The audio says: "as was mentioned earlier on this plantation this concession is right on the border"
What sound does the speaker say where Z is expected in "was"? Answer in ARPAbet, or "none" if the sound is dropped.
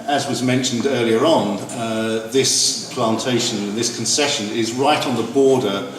Z